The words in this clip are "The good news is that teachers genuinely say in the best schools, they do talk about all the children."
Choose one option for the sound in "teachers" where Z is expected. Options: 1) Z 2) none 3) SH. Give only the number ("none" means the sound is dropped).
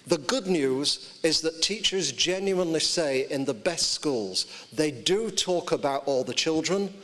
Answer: 1